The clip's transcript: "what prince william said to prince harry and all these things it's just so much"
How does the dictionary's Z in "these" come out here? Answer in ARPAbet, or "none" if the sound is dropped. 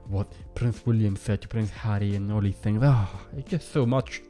none